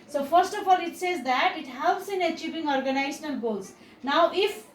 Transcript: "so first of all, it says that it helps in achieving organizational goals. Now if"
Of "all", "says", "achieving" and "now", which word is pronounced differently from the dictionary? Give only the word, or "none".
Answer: achieving